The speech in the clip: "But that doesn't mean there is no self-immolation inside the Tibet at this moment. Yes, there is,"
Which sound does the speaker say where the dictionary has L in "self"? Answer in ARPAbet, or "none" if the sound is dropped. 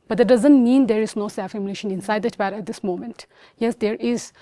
none